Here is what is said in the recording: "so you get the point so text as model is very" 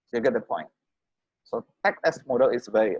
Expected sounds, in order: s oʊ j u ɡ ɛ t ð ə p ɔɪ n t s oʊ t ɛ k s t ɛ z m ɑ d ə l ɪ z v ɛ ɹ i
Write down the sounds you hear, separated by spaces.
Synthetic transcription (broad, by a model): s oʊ j u ɡ ɛ t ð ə p ɔɪ n t s oʊ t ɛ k t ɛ s m ɑ d ə l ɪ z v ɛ ɹ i